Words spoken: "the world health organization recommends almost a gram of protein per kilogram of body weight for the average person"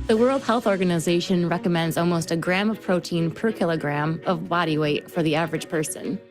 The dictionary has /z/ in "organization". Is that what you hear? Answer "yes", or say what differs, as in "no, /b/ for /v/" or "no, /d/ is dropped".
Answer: yes